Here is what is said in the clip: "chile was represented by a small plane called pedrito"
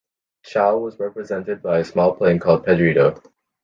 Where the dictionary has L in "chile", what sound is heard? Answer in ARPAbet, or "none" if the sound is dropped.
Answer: none